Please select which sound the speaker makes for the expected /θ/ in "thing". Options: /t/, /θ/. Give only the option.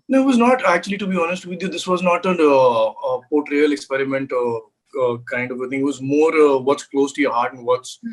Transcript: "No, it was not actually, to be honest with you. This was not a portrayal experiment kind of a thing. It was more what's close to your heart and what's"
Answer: /t/